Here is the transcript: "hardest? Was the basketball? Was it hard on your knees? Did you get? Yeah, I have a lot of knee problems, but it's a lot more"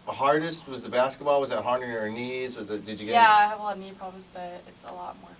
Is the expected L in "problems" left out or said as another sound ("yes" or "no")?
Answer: yes